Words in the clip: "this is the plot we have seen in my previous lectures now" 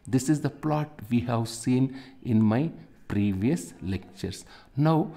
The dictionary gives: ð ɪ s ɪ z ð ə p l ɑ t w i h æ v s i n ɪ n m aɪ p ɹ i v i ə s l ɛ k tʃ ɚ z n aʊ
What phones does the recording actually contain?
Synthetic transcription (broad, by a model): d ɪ s ɪ z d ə p l ɑ t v i h æ v s i n ɪ n m aɪ p ɹ i v i ə s l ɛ k tʃ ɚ s n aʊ